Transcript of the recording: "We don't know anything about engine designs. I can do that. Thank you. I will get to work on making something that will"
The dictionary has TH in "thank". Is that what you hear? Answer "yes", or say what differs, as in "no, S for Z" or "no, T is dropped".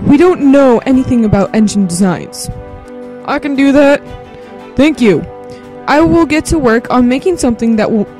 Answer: yes